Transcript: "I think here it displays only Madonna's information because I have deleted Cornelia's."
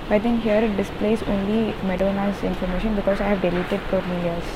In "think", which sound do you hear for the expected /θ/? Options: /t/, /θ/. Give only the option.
/t/